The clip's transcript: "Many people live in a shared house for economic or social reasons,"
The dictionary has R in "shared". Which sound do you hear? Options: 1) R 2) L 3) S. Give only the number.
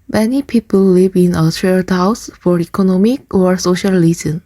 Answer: 2